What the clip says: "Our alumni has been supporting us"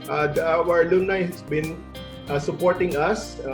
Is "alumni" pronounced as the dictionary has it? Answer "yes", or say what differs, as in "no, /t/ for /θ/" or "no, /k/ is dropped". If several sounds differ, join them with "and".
no, /m/ is dropped